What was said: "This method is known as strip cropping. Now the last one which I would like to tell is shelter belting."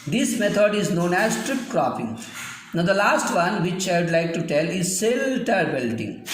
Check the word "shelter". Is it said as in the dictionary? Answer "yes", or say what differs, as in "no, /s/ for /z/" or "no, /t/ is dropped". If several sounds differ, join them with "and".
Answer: no, /s/ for /ʃ/